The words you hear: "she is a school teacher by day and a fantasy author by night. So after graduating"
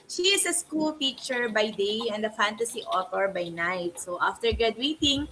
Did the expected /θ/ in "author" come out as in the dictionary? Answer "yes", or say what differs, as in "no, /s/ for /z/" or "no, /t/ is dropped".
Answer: no, /t/ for /θ/